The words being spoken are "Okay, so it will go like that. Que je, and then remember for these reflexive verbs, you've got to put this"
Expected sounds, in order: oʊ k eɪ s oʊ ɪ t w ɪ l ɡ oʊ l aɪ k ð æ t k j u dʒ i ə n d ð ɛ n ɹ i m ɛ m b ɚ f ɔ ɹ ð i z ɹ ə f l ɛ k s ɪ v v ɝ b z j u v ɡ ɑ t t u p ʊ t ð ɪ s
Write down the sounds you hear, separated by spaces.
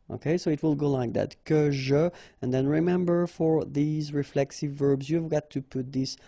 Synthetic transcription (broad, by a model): oʊ k eɪ s oʊ ɪ t w ɪ l ɡ oʊ l aɪ k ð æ t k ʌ ʒ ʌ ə n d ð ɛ n ɹ i m ɛ m b ɚ f ɔ ɹ ð i z ɹ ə f l ɛ k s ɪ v v ɝ b z j u v ɡ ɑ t t u p ʊ t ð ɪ s